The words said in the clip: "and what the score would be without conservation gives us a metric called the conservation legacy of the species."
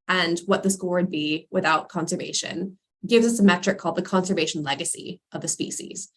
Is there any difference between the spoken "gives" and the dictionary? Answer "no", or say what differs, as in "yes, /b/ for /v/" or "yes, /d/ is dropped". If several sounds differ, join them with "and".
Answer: no